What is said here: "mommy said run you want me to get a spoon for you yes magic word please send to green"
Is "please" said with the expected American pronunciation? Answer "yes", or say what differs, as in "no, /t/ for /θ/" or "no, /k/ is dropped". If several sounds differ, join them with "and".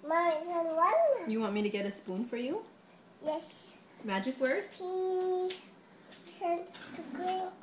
no, /l/ is dropped